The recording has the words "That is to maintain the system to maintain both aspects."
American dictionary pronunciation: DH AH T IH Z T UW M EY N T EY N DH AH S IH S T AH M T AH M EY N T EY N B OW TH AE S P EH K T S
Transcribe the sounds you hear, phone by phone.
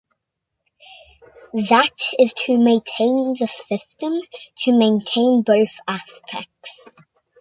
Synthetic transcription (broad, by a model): DH AH T IH Z T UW M EY N T EY N DH AH S IH S T AH M T AH M EY N T EY N B OW TH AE S P EH K T S